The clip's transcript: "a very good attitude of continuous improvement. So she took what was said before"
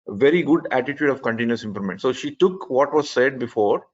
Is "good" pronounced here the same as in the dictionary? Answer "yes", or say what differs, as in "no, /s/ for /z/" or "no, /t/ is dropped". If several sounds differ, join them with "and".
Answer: yes